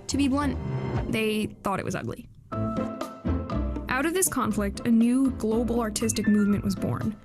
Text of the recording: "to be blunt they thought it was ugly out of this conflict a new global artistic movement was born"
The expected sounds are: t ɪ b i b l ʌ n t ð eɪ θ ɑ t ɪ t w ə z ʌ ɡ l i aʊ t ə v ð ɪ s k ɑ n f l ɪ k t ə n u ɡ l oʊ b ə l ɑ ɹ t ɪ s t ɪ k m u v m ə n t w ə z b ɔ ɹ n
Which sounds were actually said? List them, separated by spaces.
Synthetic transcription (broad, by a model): t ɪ b i b l ʌ n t ð eɪ θ ɑ t ɪ t w ə z ʌ ɡ l i aʊ t ə v ð ɪ s k ɑ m f l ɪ k t ə n u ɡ l oʊ b l ɑ ɹ t ɪ s t ɪ k m u v m ə n t w ə z b ɔ ɹ n